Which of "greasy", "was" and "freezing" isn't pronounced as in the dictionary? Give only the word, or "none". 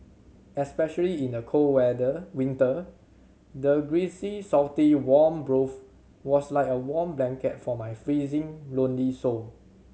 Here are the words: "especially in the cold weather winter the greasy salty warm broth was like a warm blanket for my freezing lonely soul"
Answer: was